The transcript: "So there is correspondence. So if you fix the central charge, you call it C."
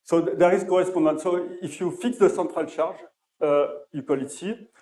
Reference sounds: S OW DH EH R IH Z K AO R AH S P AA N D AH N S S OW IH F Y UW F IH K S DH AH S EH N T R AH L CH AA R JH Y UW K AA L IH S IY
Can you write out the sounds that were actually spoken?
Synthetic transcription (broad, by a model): S OW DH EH R IH Z K AO R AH S P AA D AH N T S OW IH F Y UW F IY K S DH AH S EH T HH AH L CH AA R ZH Y UW K AA L IH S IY